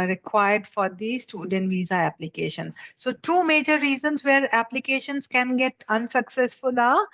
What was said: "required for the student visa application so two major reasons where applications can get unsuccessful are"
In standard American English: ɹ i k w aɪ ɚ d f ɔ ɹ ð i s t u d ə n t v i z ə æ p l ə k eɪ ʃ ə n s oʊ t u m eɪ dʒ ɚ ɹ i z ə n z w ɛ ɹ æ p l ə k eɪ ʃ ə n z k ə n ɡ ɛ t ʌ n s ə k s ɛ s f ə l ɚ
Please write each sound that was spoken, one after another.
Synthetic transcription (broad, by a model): ɹ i k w aɪ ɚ d f ɔ ɹ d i s t u d ə n t v i z ə æ p l ə k eɪ ʃ ə n s oʊ t u m eɪ dʒ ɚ ɹ i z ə n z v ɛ ɹ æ p l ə k eɪ ʃ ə n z k ə n ɡ ɛ t ʌ n s ə k s ɛ s f ə l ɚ